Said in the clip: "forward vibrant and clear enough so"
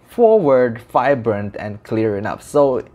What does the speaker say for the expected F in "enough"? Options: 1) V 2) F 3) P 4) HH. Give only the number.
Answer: 3